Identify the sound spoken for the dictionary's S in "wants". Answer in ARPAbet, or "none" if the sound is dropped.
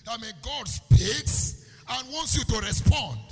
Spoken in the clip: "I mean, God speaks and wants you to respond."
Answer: S